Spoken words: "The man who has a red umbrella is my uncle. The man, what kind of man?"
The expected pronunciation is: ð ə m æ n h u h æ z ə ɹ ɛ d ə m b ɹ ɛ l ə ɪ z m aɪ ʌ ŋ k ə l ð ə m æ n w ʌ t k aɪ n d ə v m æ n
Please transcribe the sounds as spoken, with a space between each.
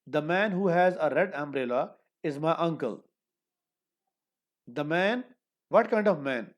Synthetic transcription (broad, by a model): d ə m æ n h u h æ z ə ɹ ɛ d ə m b ɹ ɛ l ə ɪ z m aɪ ʌ ŋ k ə l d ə m æ n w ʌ t k aɪ n d ə v m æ n